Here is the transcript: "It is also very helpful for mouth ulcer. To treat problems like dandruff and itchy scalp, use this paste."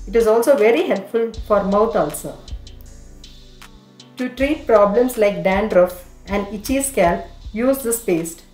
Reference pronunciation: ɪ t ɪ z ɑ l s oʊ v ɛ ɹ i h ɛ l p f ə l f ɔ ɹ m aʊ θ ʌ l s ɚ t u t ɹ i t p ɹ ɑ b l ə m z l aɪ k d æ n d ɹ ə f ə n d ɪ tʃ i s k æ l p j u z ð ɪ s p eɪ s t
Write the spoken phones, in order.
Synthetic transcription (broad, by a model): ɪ t ɪ z ɑ l s oʊ v ɛ ɹ i h ɛ l p f ə l f ɔ ɹ m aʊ t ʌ l s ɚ t u t ɹ i t p ɹ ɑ b l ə m s l aɪ k d æ n d ɹ ə f ə n d ɪ tʃ i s k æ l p j u z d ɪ s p eɪ s t